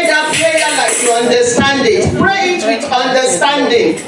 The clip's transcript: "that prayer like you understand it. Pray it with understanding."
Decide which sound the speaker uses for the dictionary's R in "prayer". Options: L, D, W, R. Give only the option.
L